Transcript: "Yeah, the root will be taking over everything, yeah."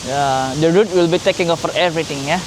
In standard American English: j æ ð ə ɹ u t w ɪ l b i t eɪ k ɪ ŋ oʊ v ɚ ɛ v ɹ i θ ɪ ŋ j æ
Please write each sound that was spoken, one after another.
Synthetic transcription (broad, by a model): j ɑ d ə ɹ u t w ɪ l b i t eɪ k ɪ ŋ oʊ f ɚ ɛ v ɹ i t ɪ ŋ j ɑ